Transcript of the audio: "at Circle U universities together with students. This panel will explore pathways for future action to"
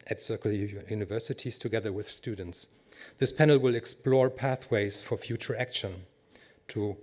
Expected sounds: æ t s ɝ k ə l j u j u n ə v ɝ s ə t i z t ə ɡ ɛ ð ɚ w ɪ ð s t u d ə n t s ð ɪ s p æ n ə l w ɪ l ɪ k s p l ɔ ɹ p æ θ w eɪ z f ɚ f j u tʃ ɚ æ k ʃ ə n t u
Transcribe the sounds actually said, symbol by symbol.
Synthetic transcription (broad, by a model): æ t s ɝ k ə l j j u n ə v ɝ s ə t i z t ə ɡ ɛ ð ɚ w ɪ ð s t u d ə n t s ð ɪ s p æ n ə l w ɪ l ɪ k s p l ɔ ɹ p æ θ w eɪ z f ɚ f j u tʃ ɚ æ k ʃ ə n t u